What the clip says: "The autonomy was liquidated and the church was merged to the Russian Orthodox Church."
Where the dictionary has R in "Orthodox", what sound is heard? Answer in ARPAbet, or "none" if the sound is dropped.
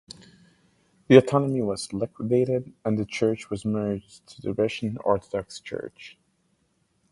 R